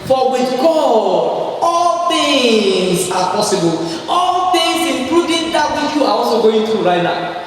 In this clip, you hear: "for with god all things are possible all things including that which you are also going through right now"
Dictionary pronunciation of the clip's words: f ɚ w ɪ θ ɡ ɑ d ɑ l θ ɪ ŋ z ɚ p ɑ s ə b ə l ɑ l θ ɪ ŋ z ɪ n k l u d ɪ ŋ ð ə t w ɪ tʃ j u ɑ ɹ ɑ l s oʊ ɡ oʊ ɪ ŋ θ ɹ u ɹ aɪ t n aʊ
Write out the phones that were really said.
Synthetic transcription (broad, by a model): f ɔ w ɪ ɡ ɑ ɑ l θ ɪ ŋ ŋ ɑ p ɑ s ə b ə l ɑ l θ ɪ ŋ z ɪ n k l u d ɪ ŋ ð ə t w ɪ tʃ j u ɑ w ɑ s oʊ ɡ oʊ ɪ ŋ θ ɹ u ɹ aɪ t n aʊ